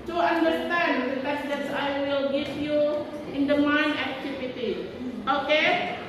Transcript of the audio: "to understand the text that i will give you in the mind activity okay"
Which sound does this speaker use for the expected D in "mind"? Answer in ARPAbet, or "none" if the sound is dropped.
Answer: none